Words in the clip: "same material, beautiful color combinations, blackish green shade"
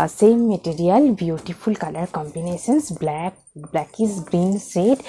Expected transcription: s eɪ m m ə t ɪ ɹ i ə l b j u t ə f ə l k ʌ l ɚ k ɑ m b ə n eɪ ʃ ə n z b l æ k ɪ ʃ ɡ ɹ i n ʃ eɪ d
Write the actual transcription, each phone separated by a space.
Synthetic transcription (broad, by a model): s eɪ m m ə t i ɹ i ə l b j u t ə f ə l k ʌ l ɚ k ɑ m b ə n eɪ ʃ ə n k b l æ k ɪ s ɡ ɹ i n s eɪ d